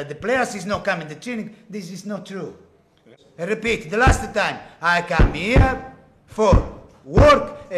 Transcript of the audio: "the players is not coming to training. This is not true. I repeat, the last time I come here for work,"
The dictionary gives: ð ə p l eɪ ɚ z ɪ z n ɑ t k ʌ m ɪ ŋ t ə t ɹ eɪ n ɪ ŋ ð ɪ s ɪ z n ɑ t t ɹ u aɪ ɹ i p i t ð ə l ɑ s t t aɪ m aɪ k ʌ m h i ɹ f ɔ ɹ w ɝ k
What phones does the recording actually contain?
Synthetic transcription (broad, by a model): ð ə p l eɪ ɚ s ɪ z n ɑ t k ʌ m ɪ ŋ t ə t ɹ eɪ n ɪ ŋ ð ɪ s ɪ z n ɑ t t ɹ u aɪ ɹ i p i t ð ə l ɑ s t t aɪ m aɪ k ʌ m h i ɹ f ɔ ɹ w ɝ k